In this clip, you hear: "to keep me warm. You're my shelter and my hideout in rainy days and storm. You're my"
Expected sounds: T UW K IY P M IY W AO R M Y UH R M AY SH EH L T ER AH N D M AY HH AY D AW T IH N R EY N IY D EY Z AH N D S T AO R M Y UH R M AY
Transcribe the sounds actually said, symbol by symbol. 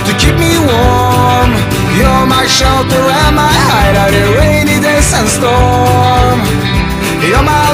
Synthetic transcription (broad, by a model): T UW K IY P M IY W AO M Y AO M AY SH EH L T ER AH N M AY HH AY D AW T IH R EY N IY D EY S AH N S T AO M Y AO M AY